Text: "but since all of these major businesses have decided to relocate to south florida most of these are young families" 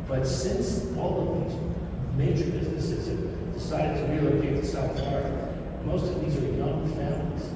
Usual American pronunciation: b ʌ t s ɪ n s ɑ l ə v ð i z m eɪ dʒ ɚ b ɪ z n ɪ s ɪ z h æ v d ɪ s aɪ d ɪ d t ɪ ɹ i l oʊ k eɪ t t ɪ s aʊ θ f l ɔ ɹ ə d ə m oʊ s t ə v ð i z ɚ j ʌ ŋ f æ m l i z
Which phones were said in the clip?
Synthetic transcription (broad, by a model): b ʌ t s ɪ n s ɑ l ə v ð i z m eɪ dʒ ɚ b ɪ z ɪ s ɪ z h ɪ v d ɪ s aɪ d ɪ d t ɪ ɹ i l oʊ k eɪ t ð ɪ s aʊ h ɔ ɹ m oʊ s t ə v ð i z ɚ j ʌ ŋ f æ m l i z